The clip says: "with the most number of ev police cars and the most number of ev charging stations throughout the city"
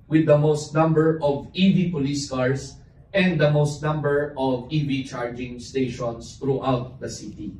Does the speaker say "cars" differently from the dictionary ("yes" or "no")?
yes